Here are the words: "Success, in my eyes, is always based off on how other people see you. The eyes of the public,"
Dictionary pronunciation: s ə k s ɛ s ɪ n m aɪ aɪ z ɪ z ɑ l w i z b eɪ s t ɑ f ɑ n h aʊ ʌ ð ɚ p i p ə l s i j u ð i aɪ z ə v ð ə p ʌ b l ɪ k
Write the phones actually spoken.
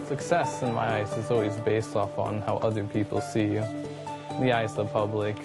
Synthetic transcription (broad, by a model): s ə k s ɛ s ɪ n m aɪ aɪ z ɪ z ɑ l w i z b eɪ s t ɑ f n h aʊ ʌ ð ɚ p i p l s i ð i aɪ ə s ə p ʌ b l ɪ k